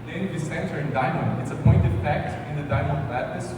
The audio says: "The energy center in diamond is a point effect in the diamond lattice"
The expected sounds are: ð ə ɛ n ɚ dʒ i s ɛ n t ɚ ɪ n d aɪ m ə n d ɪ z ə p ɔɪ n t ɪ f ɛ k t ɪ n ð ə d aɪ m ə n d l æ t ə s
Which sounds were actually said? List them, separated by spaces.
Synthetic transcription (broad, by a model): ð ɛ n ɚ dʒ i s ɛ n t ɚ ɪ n d aɪ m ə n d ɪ s ə p ɔɪ n t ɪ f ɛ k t ɪ n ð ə d aɪ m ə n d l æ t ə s